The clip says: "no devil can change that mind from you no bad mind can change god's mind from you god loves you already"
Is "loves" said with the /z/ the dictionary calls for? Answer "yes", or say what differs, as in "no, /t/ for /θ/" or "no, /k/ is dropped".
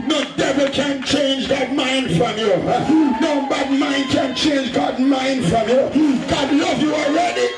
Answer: no, /z/ is dropped